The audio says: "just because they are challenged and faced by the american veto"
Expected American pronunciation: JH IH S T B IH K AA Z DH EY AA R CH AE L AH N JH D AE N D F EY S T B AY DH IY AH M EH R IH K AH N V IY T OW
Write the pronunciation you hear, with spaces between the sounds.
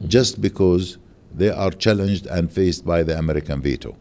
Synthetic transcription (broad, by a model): JH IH S T B IH K AA Z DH EY AA R CH AE L AH N JH D AE N D F EY S T B AY DH IY AH M EH R IH K AH N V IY T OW